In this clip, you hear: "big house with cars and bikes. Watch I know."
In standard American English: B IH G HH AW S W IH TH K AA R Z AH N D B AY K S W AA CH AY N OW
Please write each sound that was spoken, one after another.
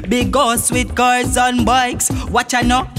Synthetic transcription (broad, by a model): B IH G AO S W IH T K AA R Z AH N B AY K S W AA CH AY N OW